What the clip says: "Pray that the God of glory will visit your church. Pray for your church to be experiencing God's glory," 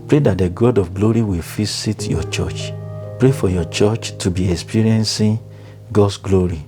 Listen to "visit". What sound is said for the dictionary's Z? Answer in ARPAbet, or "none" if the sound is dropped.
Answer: S